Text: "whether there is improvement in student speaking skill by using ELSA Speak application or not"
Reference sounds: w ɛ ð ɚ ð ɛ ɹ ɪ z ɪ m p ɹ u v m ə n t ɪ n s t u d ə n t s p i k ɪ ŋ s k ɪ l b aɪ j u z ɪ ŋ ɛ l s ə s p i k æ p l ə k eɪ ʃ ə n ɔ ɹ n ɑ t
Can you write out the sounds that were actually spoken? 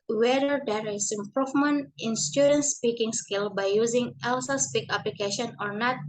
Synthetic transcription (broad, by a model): w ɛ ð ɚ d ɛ ɹ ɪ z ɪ m p ɹ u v m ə n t ɪ n s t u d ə n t s p i k ɪ ŋ s k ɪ l b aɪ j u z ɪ ŋ ɛ l s ə s p i k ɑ p l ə k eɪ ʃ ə n ɔ ɹ n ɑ t